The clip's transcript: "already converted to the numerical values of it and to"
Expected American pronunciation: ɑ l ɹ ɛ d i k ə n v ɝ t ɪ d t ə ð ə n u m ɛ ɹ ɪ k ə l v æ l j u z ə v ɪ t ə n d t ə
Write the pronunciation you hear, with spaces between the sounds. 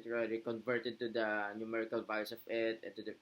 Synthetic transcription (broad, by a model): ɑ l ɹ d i k ə n v ɝ t ɪ d t ə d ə n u m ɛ ɹ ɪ k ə l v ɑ j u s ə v ɪ t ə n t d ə